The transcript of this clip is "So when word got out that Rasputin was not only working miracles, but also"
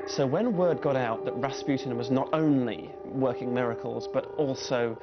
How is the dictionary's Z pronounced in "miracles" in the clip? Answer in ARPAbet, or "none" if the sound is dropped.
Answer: Z